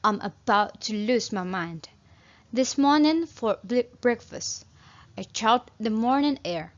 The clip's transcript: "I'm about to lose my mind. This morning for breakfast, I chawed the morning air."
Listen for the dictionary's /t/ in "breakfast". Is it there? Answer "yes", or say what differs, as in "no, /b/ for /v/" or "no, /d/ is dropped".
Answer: yes